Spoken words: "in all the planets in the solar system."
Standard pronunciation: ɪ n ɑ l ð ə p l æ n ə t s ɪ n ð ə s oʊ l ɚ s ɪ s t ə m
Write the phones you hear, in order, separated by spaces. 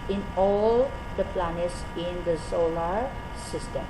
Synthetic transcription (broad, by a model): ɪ n ɑ l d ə p l æ n ə t s ɪ n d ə s oʊ l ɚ s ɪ s t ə m